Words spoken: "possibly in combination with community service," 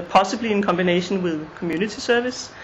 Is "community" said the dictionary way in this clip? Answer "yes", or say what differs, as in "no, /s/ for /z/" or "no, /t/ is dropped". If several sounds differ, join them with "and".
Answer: no, /s/ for /t/